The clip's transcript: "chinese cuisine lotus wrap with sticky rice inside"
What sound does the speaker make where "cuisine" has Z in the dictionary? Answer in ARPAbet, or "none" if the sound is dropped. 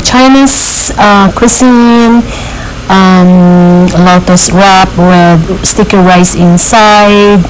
S